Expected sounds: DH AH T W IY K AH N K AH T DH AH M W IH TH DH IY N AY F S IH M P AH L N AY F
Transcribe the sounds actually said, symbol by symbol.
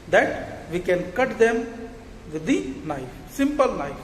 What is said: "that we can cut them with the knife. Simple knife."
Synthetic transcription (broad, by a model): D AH T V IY K AH N K AH T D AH M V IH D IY N AY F S IH M P AH L N AY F